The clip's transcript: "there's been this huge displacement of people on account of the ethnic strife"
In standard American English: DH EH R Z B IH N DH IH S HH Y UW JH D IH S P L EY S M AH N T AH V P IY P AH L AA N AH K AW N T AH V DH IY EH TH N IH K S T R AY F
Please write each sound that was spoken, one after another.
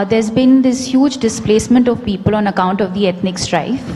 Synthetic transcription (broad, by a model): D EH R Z B IH N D IH S HH Y UW JH D IH S P L EY S M AH N T AH V P IY P AH L AA N AH K AW N T AH V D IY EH T N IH K S T R AY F